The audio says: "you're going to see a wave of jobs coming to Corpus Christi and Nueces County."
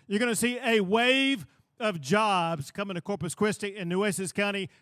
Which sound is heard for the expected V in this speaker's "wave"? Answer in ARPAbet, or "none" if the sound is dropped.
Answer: V